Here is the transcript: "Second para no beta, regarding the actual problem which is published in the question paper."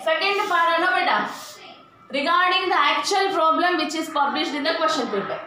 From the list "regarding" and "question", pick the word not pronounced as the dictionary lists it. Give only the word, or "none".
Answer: question